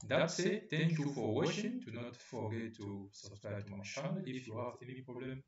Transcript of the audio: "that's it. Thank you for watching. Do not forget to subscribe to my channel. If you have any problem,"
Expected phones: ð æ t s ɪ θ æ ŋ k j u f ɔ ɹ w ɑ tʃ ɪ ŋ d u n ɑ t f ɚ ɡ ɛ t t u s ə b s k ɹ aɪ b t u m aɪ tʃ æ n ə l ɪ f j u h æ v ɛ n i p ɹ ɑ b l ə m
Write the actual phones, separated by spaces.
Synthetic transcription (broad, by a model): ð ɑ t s ɪ t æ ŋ k j u f ɔ ɹ w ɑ ʃ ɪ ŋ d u n ɑ t f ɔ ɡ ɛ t t u s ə s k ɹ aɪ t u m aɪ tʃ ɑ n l ɪ f j u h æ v ɛ n i p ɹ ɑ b l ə m